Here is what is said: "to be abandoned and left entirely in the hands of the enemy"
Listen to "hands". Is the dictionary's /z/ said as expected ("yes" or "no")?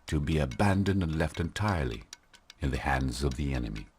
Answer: yes